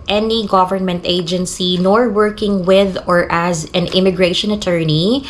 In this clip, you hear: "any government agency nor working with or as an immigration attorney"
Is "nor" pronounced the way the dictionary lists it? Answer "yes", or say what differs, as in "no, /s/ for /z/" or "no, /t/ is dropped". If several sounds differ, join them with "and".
yes